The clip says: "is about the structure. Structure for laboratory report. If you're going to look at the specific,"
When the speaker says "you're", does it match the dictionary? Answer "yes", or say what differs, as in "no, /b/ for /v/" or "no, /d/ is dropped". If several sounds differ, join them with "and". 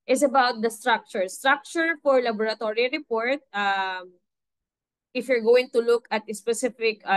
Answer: yes